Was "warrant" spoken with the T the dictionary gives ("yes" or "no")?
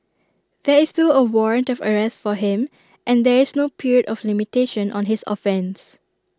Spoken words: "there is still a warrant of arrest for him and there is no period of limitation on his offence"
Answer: yes